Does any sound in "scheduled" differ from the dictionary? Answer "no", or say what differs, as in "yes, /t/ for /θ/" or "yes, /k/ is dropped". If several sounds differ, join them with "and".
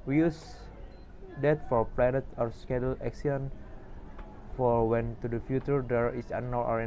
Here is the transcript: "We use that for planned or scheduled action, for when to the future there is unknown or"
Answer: yes, /d/ is dropped